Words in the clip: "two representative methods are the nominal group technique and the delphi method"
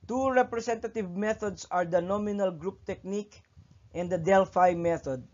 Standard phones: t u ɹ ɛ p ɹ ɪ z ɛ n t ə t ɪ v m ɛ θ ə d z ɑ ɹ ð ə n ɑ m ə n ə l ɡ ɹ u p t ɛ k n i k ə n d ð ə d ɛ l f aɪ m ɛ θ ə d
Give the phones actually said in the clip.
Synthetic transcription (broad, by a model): t u ɹ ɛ p ɹ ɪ s ɛ n t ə t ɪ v m ɛ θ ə d s ɑ ɹ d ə n ɑ m ə n ə l ɡ ɹ u p t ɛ k n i k ə n d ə d ɛ l f aɪ m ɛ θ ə d